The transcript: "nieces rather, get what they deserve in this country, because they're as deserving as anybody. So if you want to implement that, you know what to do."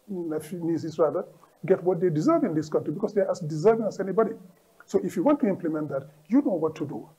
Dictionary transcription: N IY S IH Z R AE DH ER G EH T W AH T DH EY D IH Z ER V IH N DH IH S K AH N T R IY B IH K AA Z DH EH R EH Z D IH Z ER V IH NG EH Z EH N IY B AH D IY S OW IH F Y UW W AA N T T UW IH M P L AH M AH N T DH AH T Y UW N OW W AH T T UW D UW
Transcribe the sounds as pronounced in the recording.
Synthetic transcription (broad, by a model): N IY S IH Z R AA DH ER G EH T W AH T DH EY D IH Z ER V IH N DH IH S K AH N T R IY B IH K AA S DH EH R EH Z D IH Z ER V IH NG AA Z EH N IY B AH D IY S OW IH F Y UW W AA N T T UW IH M P L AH M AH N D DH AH T Y UW N OW W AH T T UW D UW